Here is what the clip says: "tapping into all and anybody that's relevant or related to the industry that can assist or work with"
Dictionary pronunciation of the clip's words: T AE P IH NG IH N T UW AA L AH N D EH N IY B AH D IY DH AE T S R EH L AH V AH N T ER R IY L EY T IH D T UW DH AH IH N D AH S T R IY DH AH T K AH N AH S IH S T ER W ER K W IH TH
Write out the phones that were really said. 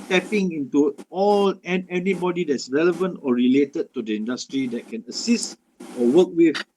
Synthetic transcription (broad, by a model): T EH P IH NG IH N T UW AA L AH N EH N IY B AH D IY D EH T S R EH L AH V AH N T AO R IY L EY T IH D T UW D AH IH N D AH S T R IY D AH T K AH N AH S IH S T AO W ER K W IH